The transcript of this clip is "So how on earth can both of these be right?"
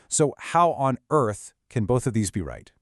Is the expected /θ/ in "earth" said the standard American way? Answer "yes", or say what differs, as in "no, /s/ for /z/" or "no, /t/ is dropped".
yes